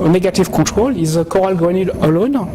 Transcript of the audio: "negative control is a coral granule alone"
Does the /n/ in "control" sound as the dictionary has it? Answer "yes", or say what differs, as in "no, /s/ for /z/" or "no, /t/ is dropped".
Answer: no, /n/ is dropped